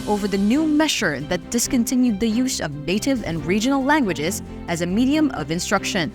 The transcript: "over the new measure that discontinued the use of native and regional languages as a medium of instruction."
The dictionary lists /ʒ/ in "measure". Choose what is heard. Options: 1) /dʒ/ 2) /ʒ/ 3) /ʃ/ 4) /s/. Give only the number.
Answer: 3